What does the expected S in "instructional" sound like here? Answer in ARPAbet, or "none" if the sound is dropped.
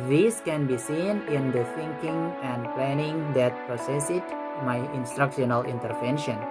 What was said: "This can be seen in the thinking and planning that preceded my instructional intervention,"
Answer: S